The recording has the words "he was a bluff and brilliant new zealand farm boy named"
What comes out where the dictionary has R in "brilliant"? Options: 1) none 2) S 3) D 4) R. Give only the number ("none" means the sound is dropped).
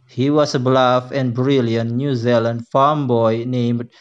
4